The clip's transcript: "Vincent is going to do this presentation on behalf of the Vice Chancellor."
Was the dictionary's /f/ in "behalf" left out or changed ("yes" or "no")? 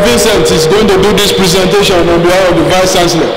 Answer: yes